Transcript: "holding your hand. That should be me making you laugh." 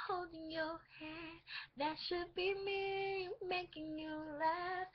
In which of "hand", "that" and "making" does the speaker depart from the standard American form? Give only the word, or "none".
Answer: hand